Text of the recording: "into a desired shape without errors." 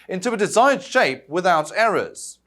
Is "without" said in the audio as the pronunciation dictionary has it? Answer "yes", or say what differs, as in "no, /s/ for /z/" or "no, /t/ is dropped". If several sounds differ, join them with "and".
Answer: yes